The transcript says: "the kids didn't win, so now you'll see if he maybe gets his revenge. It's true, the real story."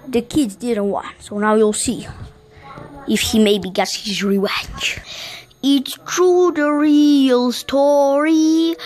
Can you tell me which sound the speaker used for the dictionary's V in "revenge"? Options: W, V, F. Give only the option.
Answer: W